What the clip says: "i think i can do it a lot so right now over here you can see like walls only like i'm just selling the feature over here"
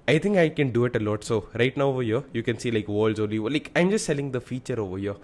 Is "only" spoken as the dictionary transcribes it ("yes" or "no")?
no